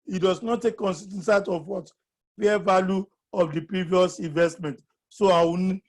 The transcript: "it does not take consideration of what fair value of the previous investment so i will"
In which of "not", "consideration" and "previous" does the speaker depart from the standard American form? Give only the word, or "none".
consideration